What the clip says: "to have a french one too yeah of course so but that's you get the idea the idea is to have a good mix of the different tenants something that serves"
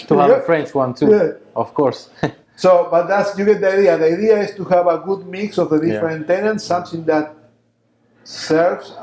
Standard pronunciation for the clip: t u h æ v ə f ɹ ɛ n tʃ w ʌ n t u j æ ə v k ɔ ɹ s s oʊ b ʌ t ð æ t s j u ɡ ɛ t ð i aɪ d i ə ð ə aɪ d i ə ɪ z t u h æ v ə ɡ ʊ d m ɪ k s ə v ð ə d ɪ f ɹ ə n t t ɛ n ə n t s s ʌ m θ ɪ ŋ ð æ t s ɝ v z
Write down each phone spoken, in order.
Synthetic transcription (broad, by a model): t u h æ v ə f ɹ ɛ n tʃ w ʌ n t u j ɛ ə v k ɔ ɹ s s oʊ b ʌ t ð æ t s j u ɡ ɛ t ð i aɪ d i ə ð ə aɪ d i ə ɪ s t u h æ v ə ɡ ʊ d m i k s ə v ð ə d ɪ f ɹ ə n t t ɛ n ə n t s s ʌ m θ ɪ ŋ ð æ t s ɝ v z